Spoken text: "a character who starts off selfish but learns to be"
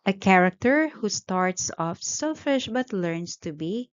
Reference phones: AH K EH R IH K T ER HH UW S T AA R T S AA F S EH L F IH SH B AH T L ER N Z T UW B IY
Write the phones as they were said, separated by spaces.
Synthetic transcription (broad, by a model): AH K EH R IH K T ER HH UW S T AA R T S AA F S EH L F IH SH B AH T L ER N S T UW B IY